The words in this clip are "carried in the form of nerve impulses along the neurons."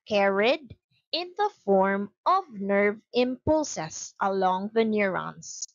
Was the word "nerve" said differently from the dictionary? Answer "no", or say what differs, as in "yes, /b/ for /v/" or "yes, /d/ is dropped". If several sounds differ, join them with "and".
no